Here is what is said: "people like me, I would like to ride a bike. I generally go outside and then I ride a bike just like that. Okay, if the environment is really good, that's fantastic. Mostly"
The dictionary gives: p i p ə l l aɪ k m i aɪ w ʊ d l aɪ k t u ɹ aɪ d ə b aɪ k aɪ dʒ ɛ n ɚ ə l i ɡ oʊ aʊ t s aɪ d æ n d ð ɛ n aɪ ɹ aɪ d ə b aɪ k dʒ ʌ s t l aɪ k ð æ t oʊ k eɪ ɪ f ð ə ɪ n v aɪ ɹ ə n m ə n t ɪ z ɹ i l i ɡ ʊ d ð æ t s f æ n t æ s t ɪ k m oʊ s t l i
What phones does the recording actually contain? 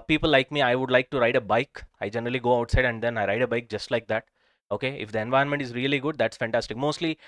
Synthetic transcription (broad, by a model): p i p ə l l aɪ k m i aɪ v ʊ d l aɪ k t u ɹ aɪ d ə b aɪ k aɪ dʒ ɛ n ɚ ə l i ɡ oʊ aʊ t s aɪ d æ n d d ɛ n aɪ ɹ aɪ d ə b aɪ k dʒ ʌ s t l aɪ k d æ t oʊ k eɪ ɪ f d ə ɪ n v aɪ ə n m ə n t ɪ z ɹ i l i ɡ ʊ d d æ t s f æ n t æ s t ɪ k m oʊ s t l i